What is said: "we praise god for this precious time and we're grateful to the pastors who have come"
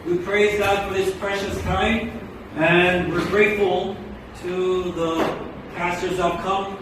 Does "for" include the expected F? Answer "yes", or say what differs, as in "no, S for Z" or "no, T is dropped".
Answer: yes